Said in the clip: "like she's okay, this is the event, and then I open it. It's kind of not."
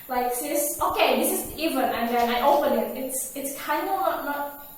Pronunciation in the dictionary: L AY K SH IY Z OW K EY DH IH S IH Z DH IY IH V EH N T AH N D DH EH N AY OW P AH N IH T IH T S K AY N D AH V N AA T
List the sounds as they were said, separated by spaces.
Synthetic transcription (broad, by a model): L AY K S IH S OW K EY DH IH S IH Z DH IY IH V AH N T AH N DH EH N AY OW P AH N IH T IH T S K AY N D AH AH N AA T